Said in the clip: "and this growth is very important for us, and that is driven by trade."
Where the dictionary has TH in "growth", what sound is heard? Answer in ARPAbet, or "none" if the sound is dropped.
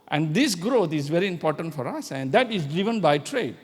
T